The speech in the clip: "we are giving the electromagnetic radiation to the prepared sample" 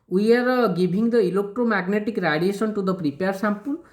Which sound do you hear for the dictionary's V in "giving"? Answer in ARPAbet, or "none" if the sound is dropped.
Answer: B